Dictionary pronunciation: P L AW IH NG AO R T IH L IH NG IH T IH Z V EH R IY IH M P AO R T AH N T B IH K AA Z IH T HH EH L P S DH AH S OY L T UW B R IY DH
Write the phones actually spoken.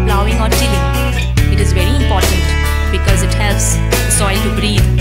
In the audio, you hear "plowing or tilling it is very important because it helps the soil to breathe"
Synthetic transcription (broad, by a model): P L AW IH NG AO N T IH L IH IH T IH Z V EH R IY IH M P AO R T AH N T B IH K AA Z IH T HH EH L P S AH S OY L T UW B R IY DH